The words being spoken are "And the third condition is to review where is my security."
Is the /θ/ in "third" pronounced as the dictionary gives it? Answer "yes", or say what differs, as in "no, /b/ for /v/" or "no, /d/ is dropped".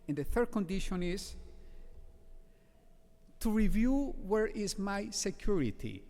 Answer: yes